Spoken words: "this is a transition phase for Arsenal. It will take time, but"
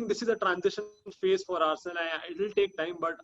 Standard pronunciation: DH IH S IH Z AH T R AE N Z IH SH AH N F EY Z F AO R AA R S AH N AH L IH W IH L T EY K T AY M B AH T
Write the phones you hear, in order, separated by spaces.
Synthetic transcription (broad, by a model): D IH S IH Z AH T R AE N Z IH SH AH N F EY Z F AO R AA R S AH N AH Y IH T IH L T EY K T AY M B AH T